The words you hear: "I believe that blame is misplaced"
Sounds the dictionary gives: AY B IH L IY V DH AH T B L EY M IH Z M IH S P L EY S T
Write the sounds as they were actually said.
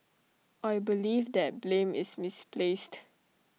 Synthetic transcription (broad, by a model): AY B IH L IY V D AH T B L EY M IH S M IH S P L EY S T